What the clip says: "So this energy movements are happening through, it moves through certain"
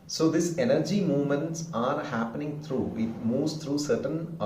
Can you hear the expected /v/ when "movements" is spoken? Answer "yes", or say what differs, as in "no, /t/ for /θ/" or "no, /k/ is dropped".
yes